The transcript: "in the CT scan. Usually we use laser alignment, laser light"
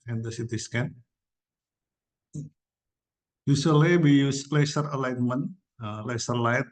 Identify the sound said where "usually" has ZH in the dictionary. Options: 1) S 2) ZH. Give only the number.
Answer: 1